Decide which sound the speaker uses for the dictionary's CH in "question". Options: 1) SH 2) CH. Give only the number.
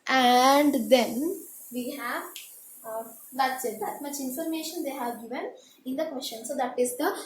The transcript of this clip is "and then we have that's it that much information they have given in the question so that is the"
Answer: 1